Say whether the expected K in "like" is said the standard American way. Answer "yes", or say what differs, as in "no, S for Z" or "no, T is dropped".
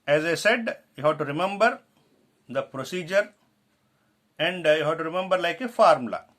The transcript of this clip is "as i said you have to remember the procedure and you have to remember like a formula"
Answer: yes